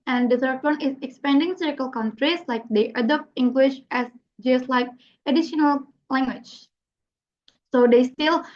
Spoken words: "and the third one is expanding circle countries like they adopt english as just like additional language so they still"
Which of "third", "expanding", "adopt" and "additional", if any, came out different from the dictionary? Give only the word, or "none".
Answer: third